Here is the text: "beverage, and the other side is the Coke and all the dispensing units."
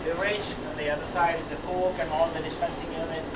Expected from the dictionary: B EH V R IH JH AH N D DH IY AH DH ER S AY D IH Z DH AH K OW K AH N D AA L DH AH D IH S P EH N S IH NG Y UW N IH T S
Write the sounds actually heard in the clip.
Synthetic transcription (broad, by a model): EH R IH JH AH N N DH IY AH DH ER S AY D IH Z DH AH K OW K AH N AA N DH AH D IH S P EH N S IH NG Y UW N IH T